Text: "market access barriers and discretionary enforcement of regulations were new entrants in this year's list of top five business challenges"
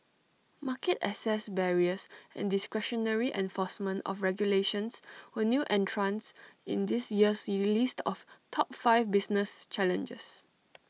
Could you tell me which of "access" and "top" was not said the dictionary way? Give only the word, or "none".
access